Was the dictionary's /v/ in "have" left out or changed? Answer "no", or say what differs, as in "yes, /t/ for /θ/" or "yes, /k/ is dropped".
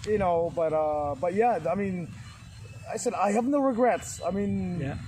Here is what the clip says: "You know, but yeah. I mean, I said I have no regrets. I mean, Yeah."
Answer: no